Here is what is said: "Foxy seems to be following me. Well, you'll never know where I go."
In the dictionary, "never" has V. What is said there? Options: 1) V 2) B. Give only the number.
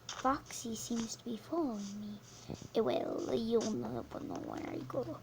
2